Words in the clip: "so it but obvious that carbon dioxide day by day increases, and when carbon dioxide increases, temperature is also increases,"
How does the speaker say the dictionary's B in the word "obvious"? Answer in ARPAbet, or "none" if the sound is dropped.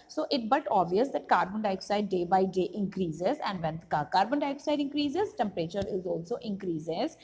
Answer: none